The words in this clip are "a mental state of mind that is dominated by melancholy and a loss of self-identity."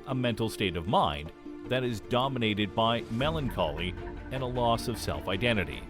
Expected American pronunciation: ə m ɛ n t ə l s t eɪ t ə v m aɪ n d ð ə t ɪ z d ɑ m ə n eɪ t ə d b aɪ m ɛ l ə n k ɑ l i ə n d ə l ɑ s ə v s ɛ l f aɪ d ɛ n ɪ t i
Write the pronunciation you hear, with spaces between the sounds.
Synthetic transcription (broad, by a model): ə m ɛ n t l s t eɪ t ə v m aɪ n ð ə t ɪ z d ɑ m ə n eɪ t ə d b aɪ m ɛ l ə n k ɑ l i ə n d ə l ɑ s ə v s ɛ l f aɪ d ɛ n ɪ t i